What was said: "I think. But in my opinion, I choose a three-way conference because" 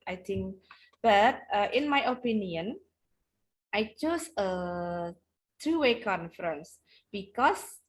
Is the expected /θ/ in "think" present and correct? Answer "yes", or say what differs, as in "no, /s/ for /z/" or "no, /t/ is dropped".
no, /t/ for /θ/